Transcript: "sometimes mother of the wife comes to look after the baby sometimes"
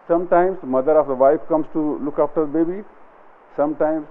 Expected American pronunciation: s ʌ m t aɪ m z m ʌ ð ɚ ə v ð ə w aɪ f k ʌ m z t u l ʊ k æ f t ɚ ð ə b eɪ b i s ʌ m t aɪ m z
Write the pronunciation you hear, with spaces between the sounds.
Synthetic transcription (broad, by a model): s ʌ m t aɪ m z m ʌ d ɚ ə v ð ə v aɪ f k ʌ m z t u l ʊ k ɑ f t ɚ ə b eɪ b i s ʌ m t aɪ m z